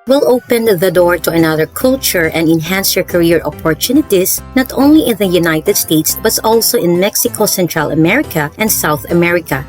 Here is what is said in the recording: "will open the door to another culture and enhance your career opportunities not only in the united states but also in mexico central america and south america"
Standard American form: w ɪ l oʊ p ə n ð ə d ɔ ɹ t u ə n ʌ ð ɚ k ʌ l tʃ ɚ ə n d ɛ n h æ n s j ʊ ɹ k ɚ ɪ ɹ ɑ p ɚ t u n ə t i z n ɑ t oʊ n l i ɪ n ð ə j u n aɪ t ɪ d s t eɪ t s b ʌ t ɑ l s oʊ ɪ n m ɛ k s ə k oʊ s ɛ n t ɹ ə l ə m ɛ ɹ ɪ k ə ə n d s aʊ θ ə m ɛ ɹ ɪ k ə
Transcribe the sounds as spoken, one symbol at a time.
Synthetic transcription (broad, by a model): w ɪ l oʊ p ə n ð ə d ɔ ɹ t u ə n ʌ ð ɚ k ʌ l tʃ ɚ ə n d ɛ n h æ n s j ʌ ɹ k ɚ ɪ ɹ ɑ p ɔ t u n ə t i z n ɑ t oʊ n l i ɪ n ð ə j u n aɪ t ɪ d s t eɪ t s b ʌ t ɑ l s oʊ ɪ n m ɛ k s ə k oʊ s ɛ n t ɹ ə l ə m ɛ ɹ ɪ k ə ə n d s aʊ θ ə m ɛ ɹ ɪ k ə